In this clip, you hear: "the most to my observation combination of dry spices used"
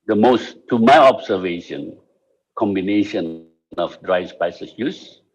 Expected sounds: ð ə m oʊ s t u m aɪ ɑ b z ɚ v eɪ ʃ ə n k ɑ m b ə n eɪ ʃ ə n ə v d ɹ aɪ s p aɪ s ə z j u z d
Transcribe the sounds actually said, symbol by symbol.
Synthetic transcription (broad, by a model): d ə m oʊ s t u m aɪ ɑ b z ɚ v eɪ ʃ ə n k ɑ m b ə n eɪ ʃ ə n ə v d ɹ aɪ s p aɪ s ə s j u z